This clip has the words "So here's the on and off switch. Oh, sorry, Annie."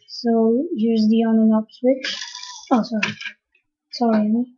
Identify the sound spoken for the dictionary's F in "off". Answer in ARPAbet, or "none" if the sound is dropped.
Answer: P